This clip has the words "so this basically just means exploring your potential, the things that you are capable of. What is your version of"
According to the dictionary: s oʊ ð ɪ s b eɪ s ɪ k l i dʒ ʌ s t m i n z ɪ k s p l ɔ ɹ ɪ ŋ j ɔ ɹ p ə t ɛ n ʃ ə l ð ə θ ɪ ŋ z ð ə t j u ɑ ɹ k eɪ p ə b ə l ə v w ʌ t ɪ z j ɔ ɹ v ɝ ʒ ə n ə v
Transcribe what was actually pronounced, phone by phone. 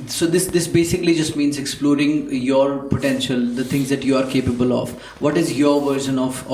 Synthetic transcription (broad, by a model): s oʊ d ɪ s b eɪ s ɪ k l i dʒ ʌ s t m i n z ɪ k s p l ɔ ɹ ɪ ŋ j ɔ ɹ p ə t ɛ n ʃ ə l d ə t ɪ ŋ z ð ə t j u ɑ ɹ k eɪ p ə b ə l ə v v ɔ t ɪ z j ɔ ɹ v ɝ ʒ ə n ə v